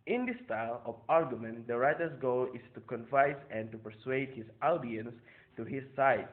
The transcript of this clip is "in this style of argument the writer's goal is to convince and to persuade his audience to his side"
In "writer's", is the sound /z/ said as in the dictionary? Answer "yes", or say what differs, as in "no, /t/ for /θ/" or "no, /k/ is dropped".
no, /s/ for /z/